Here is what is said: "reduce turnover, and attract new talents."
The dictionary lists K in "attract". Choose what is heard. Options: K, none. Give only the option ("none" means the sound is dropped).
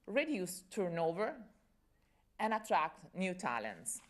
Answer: K